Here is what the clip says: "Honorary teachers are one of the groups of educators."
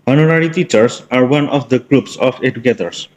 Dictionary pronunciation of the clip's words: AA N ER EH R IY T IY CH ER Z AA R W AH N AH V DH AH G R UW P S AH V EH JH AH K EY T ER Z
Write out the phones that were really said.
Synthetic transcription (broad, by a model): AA N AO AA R IY T IY CH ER S AA R W AH N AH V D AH G R UW P S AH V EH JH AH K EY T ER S